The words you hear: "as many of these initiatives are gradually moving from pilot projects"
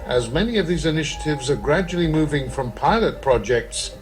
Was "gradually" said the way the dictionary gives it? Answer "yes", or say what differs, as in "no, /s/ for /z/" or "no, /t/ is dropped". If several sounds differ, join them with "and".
yes